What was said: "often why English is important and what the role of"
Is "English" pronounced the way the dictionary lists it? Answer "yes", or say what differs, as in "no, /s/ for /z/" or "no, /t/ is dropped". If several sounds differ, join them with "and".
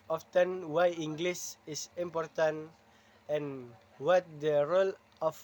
no, /s/ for /ʃ/